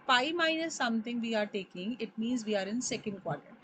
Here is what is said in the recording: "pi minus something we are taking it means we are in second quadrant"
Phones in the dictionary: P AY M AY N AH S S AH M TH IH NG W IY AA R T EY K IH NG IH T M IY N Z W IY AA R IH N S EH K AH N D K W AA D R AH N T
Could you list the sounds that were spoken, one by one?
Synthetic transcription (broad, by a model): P AY M AY N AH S S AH M T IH NG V IY AA R T EY K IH NG IH T M IY N Z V IY AA R IH N S EH K AH N D K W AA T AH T